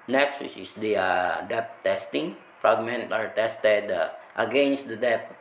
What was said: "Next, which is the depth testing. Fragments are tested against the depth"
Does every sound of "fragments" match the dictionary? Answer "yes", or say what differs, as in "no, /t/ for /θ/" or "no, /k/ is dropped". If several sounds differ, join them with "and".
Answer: no, /s/ is dropped